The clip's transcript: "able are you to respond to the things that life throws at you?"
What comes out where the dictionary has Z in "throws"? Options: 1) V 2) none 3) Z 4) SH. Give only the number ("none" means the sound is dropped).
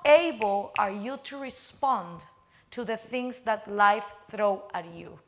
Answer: 2